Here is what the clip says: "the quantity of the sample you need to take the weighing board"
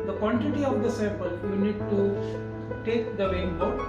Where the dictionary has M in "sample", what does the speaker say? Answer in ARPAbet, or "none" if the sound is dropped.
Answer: none